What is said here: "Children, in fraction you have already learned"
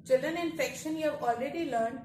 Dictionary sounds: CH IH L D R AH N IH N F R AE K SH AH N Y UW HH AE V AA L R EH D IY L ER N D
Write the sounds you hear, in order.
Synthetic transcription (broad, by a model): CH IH L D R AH N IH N F EH K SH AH N Y UW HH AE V AA L R EH D IY L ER N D